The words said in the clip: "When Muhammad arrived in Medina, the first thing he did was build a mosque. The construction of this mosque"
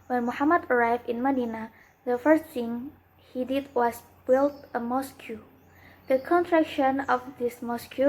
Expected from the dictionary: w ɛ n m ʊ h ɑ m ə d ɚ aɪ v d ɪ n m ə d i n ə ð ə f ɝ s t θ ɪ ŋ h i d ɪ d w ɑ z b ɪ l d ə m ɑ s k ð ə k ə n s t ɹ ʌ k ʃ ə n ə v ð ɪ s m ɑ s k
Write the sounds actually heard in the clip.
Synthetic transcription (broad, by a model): w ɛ n m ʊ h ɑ m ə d ɚ aɪ v d ɪ n m ə d i n ə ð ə f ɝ s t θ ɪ ŋ h i d ɪ d w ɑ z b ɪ l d ə m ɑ s k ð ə k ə n t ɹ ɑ k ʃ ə n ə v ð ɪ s m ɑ s k